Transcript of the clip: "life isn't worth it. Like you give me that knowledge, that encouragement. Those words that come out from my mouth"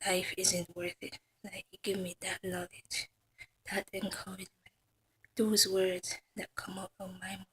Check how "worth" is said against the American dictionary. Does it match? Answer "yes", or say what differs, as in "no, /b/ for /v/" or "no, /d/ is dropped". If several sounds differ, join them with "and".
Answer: yes